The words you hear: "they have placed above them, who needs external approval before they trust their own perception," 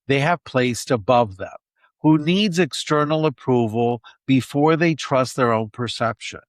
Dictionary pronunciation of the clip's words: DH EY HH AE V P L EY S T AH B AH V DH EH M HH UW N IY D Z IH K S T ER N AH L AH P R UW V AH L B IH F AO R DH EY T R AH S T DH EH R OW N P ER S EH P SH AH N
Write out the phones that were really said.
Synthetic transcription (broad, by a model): DH EY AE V P L EY S T AH B AH V DH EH M HH UW N IY D Z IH K S T ER N L AH P R UW V AH L B IH F AO R DH EY T R AH S T DH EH R OW N P ER S EH P SH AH N